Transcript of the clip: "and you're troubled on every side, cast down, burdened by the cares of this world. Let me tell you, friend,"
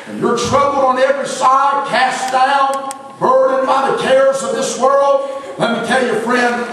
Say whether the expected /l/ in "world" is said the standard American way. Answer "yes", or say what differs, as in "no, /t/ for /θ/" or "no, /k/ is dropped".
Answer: yes